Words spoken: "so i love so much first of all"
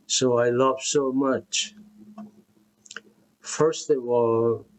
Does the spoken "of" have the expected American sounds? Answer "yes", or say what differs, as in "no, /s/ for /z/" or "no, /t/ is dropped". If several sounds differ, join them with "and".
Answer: no, /w/ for /v/